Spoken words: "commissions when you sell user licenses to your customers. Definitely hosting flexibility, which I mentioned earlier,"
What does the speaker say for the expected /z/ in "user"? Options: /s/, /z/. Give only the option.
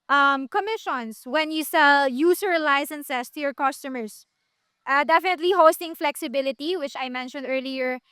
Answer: /s/